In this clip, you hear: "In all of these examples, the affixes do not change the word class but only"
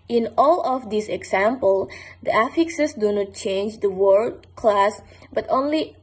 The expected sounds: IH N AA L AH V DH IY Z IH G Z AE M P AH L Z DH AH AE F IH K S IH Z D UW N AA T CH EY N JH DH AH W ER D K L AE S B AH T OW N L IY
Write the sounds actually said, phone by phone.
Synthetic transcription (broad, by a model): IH N AA L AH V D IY S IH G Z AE M P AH L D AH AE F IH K S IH S D UW N AA T CH EY N JH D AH W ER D K L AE S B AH T OW N L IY